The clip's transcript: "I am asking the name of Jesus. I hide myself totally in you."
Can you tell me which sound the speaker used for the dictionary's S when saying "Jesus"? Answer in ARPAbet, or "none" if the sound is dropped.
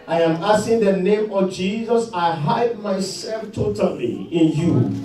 S